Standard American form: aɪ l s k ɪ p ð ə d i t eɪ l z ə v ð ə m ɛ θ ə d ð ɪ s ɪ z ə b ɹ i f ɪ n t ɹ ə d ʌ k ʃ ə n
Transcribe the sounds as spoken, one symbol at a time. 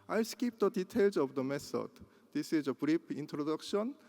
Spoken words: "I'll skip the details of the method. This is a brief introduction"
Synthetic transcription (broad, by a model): aɪ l s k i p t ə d i t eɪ l s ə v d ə m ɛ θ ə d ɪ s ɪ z ə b ɹ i p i n t ɹ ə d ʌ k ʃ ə n